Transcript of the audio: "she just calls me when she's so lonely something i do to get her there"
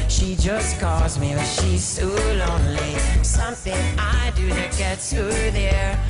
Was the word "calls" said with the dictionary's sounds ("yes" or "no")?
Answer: yes